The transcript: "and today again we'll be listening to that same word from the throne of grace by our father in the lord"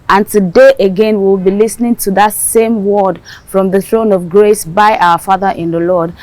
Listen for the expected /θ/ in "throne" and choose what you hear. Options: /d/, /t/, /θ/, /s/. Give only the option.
/θ/